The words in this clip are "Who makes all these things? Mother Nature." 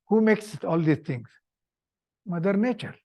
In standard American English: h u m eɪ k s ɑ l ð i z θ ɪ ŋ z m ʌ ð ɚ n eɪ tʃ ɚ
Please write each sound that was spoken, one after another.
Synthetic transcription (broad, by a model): h u m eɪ k s ɑ l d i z t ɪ ŋ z m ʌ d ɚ n eɪ tʃ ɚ